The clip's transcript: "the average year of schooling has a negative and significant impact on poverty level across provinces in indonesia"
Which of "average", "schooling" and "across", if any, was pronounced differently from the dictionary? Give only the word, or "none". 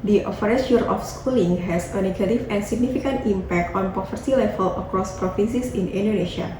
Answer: average